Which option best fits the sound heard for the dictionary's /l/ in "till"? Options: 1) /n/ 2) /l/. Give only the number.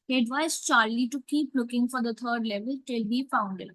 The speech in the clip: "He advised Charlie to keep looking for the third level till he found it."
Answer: 2